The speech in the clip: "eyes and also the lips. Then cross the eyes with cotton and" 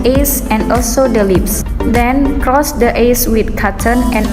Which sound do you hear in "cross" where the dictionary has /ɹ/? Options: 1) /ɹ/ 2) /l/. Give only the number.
1